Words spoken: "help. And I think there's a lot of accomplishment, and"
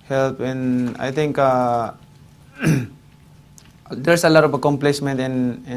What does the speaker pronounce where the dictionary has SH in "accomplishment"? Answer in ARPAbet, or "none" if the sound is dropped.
S